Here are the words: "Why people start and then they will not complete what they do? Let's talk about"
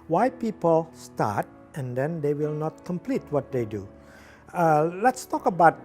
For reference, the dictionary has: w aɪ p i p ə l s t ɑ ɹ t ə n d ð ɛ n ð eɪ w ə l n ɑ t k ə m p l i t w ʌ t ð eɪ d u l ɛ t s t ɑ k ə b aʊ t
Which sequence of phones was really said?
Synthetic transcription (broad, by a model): w aɪ p i p ə l s t ɑ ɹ t ə n d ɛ n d eɪ w ə l n ɑ t k ə m p l i t w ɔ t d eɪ d u l ɛ t s t ɑ k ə b aʊ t